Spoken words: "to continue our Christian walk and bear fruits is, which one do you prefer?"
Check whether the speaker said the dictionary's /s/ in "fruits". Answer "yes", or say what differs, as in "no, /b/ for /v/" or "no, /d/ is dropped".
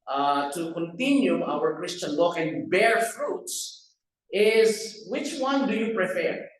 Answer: yes